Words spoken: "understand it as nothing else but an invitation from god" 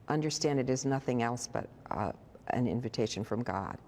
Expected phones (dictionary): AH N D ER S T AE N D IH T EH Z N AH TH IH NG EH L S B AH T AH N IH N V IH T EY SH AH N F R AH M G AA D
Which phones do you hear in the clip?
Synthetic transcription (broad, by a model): AH N D ER S T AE N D IH T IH Z N AH TH IH NG EH L S B AH T AH N IH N V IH T EY SH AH N F R AH M G AA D